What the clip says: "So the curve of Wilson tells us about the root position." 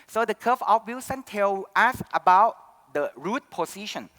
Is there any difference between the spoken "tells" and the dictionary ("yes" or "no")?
yes